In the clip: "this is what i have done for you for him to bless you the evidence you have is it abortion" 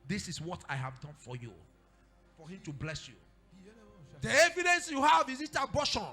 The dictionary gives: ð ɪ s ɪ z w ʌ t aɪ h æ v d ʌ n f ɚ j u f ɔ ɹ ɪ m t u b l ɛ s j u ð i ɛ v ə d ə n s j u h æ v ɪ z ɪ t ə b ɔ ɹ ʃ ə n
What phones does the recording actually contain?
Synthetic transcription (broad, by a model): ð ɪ s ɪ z w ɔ t aɪ h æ v d ʌ n f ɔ j u f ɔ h ɪ m t u b l ɛ s j u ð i ɛ v ə d ə n s j u h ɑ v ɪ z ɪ t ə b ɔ ʃ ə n